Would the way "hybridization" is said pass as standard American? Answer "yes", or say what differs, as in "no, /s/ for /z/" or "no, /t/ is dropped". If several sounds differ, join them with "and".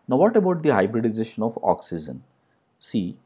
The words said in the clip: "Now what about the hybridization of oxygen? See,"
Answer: yes